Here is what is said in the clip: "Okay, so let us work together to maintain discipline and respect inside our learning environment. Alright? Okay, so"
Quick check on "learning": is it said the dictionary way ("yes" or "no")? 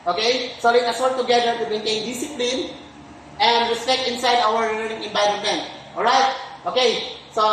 no